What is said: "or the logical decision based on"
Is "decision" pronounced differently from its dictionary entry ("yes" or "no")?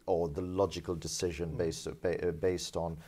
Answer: no